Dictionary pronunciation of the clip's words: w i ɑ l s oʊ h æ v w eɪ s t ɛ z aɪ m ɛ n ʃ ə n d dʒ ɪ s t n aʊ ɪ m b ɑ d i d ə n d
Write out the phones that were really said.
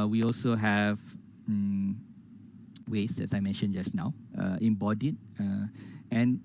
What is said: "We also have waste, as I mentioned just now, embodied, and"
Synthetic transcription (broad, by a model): w i ɑ l s oʊ h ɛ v w eɪ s ɛ s aɪ m ɛ n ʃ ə n dʒ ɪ s n aʊ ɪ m b ɑ d i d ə n